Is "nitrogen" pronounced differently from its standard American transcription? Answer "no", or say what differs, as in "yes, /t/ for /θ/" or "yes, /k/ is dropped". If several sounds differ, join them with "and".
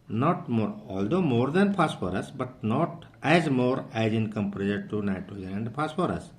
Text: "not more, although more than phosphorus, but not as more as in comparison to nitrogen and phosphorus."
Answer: yes, /ɹ/ is dropped